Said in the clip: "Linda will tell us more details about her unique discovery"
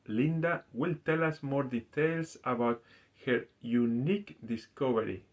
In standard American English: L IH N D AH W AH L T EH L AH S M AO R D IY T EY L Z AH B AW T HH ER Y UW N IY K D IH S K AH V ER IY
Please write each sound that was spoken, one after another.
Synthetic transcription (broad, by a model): L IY N D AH W AH L T EH L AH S M AO R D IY T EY L S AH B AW T HH ER Y UW N IY K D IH S K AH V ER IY